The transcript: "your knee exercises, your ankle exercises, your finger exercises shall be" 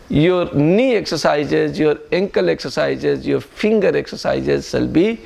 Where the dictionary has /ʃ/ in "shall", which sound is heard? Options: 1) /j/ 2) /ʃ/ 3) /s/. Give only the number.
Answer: 3